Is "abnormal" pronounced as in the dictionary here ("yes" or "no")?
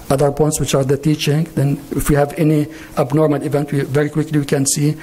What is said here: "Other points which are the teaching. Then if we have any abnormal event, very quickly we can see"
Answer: yes